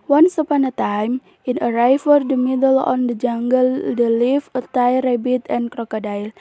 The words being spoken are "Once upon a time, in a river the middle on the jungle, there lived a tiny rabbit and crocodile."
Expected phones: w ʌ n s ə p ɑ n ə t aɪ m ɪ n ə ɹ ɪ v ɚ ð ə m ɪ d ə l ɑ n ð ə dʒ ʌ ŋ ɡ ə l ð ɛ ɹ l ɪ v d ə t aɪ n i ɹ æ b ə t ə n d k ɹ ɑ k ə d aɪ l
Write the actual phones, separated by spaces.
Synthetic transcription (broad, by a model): w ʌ n s ə p ɑ n ə t aɪ m ɪ n ə ɹ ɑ f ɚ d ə m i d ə l ɑ n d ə dʒ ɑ ŋ ɡ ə l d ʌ l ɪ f ə t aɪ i ɹ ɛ b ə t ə n k ɹ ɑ k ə d aɪ l